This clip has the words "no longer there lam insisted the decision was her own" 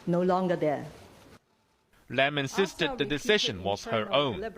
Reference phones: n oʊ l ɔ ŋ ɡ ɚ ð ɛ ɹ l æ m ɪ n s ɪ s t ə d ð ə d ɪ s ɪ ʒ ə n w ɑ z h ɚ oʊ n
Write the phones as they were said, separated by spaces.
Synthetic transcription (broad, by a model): n oʊ l ɔ ŋ ɡ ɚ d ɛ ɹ l æ m ɪ n s ɪ s t ə d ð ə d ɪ s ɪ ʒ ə n w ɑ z h ɚ oʊ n